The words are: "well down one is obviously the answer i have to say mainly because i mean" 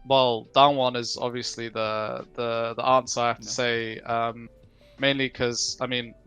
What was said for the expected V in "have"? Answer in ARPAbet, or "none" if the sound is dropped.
F